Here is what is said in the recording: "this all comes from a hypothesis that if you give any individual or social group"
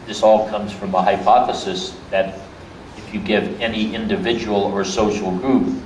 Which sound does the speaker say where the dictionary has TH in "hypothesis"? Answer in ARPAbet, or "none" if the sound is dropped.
TH